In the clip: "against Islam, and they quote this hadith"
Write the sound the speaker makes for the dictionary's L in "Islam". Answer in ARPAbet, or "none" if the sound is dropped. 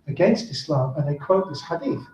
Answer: L